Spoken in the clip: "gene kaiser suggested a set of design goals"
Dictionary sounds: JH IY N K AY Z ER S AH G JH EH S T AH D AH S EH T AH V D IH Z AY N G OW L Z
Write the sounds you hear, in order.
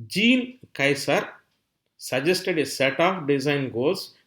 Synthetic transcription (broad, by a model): JH IY N K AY S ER S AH JH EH S T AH D AH S EH T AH P D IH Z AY N G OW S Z